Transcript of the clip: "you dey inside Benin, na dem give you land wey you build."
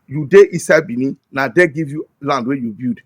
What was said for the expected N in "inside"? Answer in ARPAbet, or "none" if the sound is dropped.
none